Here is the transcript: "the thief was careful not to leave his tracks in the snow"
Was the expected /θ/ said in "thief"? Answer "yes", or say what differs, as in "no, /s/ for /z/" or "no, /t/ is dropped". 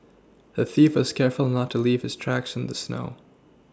yes